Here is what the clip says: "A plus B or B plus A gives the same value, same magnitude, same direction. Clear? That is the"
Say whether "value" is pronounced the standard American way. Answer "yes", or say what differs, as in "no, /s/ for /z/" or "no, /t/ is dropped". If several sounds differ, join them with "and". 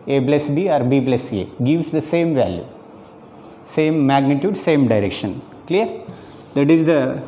yes